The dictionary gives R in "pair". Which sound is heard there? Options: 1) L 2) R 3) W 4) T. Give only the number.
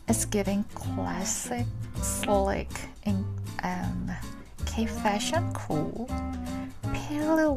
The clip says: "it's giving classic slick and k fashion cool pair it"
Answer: 1